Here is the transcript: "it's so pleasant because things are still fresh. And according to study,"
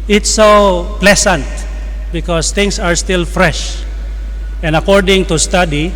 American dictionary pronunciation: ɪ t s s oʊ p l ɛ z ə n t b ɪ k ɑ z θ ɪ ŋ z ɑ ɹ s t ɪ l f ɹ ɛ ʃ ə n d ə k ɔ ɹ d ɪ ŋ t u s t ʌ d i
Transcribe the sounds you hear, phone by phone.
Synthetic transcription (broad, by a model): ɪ t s s oʊ p l ɛ s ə n t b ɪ k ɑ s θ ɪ ŋ s ɑ ɹ s t ɪ l f ɹ ɛ ʃ ə n d ə k ɔ ɹ d ɪ ŋ t u s t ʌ d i